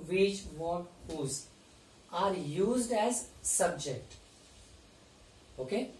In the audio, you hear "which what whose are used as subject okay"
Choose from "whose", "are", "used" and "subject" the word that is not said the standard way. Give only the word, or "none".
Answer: none